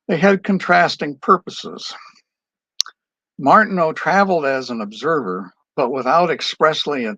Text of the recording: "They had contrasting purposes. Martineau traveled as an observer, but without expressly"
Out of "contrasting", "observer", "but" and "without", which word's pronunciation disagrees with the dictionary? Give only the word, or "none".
none